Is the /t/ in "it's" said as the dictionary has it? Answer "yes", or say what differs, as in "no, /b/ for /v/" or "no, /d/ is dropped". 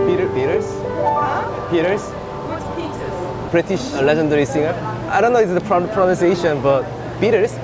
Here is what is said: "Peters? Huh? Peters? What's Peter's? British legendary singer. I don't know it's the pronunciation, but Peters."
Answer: no, /s/ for /t/